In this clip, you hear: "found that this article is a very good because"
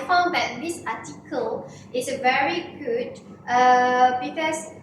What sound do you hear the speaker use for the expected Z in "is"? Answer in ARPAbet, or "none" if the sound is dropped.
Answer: S